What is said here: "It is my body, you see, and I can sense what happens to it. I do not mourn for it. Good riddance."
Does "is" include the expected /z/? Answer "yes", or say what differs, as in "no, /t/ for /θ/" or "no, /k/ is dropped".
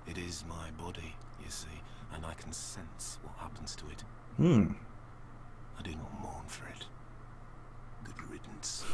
yes